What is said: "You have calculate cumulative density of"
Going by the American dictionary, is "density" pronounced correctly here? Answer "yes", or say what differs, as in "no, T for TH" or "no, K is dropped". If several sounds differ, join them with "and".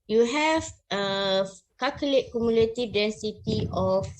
yes